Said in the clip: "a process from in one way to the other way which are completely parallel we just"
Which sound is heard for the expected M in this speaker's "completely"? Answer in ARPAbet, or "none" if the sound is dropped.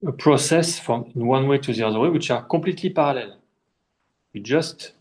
none